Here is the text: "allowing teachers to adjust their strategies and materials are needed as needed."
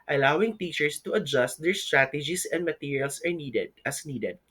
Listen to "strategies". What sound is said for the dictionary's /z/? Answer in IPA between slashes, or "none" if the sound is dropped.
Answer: /s/